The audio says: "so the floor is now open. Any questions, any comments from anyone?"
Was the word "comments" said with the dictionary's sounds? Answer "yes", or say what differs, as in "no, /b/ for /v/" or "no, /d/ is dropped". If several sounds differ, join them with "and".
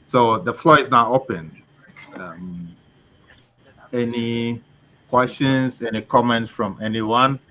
yes